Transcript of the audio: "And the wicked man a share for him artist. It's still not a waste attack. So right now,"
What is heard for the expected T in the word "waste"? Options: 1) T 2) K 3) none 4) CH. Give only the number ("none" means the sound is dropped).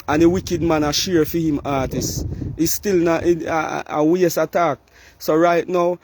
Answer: 3